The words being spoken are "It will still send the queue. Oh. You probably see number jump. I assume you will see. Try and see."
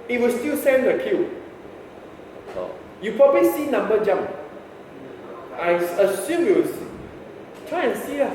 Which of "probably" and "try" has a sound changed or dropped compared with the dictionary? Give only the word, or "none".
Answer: probably